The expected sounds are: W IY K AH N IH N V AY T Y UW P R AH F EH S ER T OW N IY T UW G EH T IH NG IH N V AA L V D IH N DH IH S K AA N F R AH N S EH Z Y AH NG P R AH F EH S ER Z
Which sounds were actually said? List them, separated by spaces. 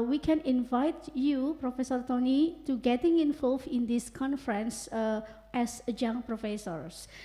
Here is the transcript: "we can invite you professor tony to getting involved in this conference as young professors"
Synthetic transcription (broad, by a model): W IY K AH N IH N V AY T Y UW P R AH F EH S ER T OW N IY T UW G EH T IH NG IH N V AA L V IH N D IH S K AA N F R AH N S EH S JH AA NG P R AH F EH S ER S